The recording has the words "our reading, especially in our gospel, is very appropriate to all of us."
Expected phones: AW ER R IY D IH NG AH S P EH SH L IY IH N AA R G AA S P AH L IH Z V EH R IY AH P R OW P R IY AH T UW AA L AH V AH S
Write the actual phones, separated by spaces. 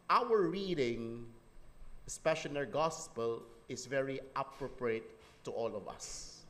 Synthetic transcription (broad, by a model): AW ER R IY D IH NG S P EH SH IY N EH R G AA S P AH L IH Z V EH R IY AH P R OW P R IY AH T UW AA L AH V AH S